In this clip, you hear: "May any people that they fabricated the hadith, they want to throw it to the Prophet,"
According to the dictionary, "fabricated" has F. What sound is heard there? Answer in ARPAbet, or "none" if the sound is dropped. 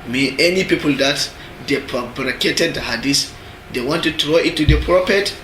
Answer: P